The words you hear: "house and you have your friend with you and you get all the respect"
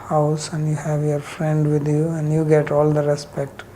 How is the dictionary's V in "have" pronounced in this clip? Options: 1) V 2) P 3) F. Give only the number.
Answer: 1